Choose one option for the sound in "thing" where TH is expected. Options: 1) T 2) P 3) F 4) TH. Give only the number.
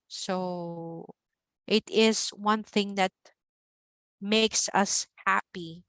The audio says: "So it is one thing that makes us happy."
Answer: 4